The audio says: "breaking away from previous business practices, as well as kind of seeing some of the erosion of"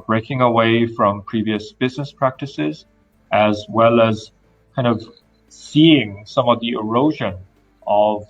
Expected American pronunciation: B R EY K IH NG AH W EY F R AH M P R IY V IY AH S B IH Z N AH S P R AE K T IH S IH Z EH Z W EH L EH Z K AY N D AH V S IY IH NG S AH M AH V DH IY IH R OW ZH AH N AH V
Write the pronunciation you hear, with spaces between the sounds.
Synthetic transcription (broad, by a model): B R EY K IH NG AH W EY F R AH M P R IY V IY AH S B IH Z N AH S P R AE K T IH S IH Z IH Z W EH L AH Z K AY N D AH V S IY IH NG S AH M AH V DH IY IH R OW ZH AH N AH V